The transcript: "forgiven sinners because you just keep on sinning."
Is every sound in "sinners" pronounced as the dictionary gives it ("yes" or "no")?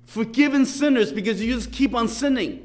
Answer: yes